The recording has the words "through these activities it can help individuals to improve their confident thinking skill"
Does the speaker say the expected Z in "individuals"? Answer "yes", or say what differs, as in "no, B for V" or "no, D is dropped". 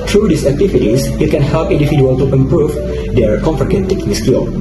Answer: no, Z is dropped